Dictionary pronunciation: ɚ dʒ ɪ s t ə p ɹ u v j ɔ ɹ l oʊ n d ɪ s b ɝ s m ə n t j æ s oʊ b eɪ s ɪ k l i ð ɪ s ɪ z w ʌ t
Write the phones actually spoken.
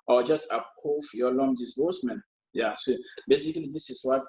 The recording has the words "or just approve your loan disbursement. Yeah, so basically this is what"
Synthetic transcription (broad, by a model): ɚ dʒ ɪ s t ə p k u f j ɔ l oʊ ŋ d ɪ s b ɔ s m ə n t j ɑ s oʊ b eɪ s ɪ k l i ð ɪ s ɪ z w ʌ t